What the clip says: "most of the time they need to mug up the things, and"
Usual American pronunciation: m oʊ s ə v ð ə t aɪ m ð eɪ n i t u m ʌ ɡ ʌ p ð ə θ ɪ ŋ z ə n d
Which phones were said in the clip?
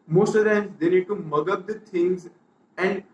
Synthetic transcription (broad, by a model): m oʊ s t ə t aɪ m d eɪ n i t u m ʌ ɡ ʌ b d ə t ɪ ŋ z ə n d